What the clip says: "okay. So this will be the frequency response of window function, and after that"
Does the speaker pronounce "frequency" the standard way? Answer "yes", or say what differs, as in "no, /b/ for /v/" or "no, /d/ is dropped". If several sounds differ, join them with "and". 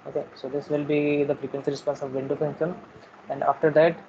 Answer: no, /p/ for /f/